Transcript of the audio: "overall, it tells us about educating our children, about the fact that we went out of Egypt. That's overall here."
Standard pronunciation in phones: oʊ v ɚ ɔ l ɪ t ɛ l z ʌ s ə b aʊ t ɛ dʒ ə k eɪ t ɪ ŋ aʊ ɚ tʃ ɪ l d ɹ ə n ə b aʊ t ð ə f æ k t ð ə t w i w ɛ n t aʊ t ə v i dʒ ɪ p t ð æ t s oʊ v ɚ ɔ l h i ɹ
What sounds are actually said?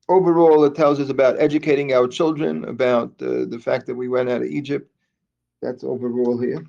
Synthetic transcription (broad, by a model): oʊ v ɚ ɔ l ɪ t ɛ l z ʌ s ə b aʊ t ɛ dʒ ə k eɪ t ɪ ŋ aʊ ɚ tʃ ɪ l d ɹ ə n ə b aʊ t ð ə f æ k ð ə t w i w ɛ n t aʊ t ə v i dʒ ɪ p t ð æ t s oʊ v ɚ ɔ l h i ɹ